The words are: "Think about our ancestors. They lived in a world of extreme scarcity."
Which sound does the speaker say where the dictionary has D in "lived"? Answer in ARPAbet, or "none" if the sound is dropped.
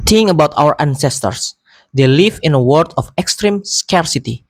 none